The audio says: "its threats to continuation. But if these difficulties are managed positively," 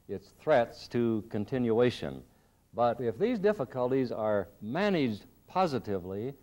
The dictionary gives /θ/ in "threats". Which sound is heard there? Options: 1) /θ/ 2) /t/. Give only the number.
1